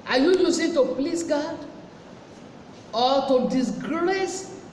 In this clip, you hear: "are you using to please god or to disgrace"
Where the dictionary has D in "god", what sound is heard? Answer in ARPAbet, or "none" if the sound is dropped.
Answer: D